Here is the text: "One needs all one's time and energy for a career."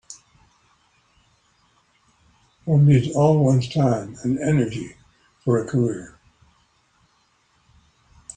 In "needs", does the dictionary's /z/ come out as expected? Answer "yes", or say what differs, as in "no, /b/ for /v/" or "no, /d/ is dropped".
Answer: no, /z/ is dropped